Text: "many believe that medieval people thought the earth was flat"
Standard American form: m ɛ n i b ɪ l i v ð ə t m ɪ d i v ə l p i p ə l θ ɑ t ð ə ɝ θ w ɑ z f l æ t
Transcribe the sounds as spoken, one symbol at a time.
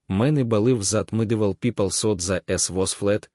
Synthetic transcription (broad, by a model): m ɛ n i b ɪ l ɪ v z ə t m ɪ d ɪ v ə l p i p ə l s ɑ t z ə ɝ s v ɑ s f l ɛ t